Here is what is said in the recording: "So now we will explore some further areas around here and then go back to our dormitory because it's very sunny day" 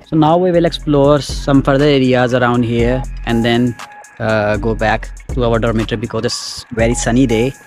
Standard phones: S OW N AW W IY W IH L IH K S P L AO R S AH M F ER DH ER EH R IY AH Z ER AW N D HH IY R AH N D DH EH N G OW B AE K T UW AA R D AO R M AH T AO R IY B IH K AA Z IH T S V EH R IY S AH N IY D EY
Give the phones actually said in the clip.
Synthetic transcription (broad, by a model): S OW N AW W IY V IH L IH K S P L AO R S AH M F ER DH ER EH R IY AH Z ER AW N D HH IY R AH N D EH N G OW B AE K T UW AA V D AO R M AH T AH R B IH K AA Z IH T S V EH R IY S AH N IY D EY